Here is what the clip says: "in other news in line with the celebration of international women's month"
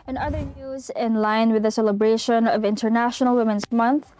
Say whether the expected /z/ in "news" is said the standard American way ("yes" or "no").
yes